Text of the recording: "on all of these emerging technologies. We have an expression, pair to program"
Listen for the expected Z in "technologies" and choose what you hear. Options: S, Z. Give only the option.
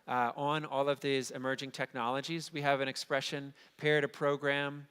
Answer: Z